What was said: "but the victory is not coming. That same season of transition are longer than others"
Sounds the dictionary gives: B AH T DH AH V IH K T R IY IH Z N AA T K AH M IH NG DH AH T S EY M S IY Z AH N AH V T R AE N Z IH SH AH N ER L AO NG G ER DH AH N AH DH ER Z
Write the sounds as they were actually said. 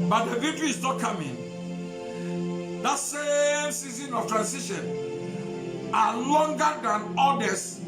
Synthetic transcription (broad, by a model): B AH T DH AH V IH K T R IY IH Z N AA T K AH M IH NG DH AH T S EY M S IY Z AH N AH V T R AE N S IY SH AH N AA L AO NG G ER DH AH N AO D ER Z